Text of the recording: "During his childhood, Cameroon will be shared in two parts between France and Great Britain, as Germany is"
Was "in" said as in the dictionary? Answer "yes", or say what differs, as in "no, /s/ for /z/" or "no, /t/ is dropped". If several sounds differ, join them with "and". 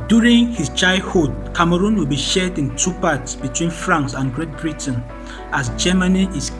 yes